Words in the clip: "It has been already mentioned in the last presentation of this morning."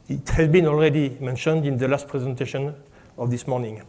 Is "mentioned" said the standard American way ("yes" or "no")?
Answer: yes